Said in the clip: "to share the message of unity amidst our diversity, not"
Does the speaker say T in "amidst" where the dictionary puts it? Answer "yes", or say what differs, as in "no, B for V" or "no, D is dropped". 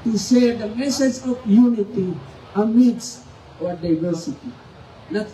no, T is dropped